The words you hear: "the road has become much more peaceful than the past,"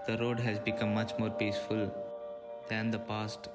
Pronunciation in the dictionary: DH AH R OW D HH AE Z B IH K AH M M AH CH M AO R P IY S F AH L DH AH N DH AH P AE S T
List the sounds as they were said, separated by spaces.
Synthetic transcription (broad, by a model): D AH R OW D HH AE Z B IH K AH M M AH CH M AO R P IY S F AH L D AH N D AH P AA S T